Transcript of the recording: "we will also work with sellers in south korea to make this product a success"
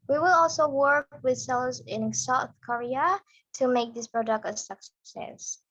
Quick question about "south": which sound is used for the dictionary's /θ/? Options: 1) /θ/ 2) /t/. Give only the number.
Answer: 1